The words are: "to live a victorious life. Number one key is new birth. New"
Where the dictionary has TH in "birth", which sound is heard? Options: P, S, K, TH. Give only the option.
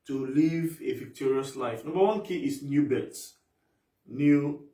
S